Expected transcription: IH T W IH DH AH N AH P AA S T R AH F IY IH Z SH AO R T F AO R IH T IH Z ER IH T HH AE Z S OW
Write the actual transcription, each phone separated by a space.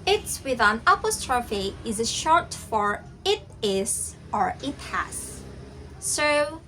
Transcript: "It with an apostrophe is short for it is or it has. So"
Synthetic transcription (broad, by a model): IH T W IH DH AH N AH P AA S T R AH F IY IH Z SH AO R T F AO R IH T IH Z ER IH T HH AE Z S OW